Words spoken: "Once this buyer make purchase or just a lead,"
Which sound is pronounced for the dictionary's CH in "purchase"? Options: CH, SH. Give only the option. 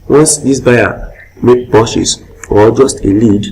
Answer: SH